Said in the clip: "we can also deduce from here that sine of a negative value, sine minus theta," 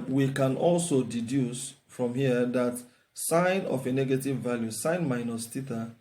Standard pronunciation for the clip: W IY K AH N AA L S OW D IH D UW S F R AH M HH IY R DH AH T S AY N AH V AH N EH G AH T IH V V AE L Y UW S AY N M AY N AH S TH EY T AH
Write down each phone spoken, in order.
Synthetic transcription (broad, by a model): W IY K AH N AA L S OW D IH D UW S F R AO M HH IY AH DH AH T S AY N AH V AH N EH G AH T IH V V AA L Y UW S AY N M AY N AH S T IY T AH